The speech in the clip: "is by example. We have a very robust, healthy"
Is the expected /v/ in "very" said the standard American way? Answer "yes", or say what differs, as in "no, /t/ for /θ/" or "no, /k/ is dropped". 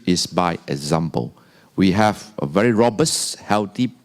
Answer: yes